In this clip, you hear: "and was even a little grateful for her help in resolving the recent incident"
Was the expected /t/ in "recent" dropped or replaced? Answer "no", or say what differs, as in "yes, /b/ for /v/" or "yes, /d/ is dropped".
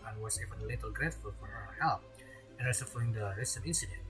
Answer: yes, /t/ is dropped